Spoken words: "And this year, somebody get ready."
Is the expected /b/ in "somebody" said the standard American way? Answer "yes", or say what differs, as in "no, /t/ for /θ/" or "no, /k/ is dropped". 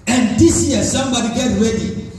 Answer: yes